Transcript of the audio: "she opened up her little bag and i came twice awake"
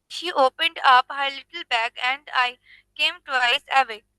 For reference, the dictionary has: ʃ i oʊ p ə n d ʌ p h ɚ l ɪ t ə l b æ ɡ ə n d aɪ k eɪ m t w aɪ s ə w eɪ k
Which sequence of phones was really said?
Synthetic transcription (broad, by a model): ʃ i oʊ p ə n d ʌ p h ɚ l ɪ t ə l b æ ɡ ə n d aɪ k eɪ m t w aɪ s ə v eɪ